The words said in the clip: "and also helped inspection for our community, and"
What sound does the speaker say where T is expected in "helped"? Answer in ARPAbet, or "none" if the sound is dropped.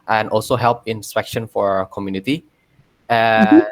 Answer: none